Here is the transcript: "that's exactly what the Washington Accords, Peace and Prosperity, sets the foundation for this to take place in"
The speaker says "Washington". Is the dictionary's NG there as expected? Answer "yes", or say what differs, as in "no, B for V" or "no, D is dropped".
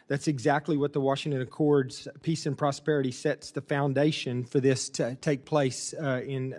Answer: yes